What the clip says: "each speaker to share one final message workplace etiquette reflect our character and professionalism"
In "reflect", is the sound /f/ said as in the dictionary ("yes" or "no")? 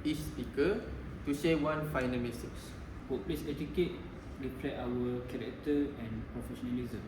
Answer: no